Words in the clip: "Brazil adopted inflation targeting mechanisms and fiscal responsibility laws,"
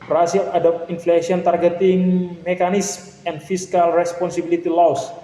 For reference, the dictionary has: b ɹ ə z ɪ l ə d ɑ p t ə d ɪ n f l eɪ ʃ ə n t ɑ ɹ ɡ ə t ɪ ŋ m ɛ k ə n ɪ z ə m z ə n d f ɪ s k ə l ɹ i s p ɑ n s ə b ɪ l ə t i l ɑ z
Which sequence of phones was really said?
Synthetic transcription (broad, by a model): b ɹ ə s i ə d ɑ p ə n f l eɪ s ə n t ɑ ɹ ɡ ə t ɪ ŋ m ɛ k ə n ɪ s m ə n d f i s k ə l ɹ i s p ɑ n s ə b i l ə t i l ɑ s